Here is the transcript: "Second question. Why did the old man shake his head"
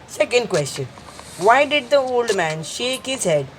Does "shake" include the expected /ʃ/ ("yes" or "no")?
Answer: yes